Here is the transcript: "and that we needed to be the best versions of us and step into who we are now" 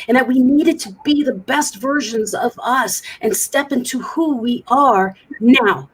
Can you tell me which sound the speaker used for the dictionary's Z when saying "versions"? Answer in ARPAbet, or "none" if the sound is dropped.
Z